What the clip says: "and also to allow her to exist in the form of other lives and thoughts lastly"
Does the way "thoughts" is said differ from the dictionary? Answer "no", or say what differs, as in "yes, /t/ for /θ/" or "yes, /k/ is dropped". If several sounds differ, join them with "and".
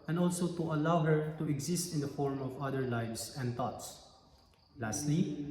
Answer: yes, /t/ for /θ/